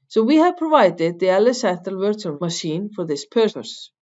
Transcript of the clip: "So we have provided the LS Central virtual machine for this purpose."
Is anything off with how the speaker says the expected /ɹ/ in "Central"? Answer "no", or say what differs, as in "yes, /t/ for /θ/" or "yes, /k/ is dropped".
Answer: yes, /ɹ/ is dropped